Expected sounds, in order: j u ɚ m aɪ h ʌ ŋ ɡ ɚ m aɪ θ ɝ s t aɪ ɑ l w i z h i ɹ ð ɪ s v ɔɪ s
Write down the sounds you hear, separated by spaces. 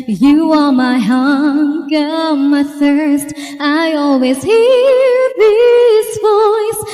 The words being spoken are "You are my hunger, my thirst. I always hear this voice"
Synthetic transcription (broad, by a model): j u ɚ m aɪ h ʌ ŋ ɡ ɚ m aɪ θ ɝ s t aɪ ɑ l w i z h i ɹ ð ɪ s v ɔɪ s